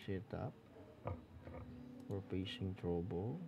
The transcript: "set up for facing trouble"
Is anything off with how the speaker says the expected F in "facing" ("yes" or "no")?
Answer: yes